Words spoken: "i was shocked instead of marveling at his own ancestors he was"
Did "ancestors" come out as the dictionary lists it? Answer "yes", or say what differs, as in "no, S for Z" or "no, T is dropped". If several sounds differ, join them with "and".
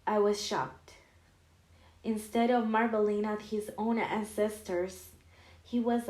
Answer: yes